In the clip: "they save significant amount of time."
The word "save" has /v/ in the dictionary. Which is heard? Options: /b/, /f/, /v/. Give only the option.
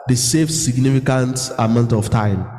/f/